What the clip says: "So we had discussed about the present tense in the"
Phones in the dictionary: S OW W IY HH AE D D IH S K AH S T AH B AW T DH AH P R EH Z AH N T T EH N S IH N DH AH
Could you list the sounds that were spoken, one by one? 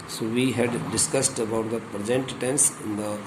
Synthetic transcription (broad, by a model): S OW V IY HH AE D D IH S K AH S T AH B AW T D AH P R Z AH N T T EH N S IH N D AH